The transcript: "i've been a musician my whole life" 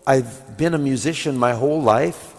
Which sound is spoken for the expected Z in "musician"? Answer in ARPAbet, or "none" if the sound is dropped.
Z